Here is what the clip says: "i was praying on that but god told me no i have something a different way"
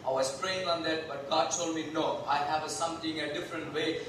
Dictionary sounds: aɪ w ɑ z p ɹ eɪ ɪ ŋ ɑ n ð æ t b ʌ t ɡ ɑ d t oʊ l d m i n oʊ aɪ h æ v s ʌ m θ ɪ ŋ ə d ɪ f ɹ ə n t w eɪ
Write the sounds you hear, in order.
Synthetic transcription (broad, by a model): aɪ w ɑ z p ɹ eɪ ɪ ŋ ɑ n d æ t b ʌ t ɡ ɑ d t oʊ l d m i n oʊ aɪ h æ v s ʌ m t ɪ ŋ ə d ɪ f ɹ ə n t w eɪ